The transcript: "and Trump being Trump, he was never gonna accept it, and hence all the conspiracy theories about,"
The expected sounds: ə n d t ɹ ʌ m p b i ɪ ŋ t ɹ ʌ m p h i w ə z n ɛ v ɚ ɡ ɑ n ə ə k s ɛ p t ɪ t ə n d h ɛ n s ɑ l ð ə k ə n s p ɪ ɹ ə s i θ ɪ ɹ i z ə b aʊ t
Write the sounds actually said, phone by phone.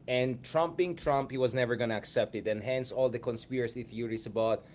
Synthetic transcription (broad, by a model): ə n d t ɹ ʌ m p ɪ ŋ t ɹ ʌ m p h i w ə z n ɛ v ɚ ɡ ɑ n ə ə k s ɛ p t ɪ t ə n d h ɛ n s ɑ l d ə k ə n s p ɪ ɹ ə s i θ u ɹ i s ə b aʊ t